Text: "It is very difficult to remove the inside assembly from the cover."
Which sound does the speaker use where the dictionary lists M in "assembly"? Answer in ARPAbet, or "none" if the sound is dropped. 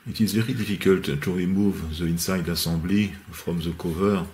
none